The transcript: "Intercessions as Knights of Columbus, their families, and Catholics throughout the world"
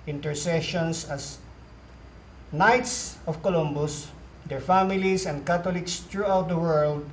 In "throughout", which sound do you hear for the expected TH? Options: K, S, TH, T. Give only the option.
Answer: T